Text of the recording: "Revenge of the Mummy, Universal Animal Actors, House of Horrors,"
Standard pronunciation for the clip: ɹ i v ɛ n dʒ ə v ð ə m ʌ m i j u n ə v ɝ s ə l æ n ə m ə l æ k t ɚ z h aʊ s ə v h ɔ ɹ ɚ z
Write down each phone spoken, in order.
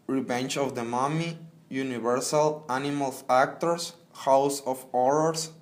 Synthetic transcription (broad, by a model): ɹ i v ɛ n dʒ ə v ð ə m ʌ m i j u n ə v ɝ s ə l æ n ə m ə l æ k t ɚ s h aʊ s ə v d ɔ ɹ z